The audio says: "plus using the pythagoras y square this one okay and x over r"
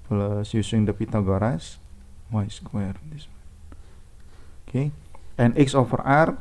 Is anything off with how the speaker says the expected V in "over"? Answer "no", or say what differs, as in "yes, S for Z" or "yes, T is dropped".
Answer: yes, F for V